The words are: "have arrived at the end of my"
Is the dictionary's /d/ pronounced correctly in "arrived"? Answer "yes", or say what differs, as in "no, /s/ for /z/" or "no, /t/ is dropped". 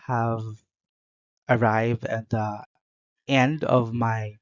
yes